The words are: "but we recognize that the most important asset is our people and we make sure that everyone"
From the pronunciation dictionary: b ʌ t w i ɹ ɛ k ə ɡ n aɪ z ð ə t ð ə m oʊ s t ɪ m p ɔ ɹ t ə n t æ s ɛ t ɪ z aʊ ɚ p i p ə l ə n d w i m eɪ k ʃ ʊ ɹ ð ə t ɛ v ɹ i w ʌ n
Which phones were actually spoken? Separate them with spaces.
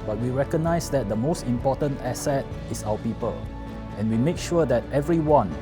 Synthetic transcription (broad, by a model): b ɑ t w i ɹ ɛ k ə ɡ n aɪ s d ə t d ə m oʊ s t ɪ m p ɔ t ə n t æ s ɛ t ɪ s aʊ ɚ p i p ə l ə n w i m eɪ k ʃ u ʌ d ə t ɛ v ɹ i w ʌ n